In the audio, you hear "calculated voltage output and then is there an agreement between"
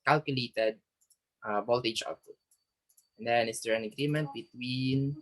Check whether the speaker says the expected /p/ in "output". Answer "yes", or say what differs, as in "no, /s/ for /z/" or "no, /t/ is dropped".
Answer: no, /p/ is dropped